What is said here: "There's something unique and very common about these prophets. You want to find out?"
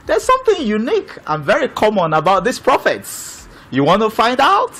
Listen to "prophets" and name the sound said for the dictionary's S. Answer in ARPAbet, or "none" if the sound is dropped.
S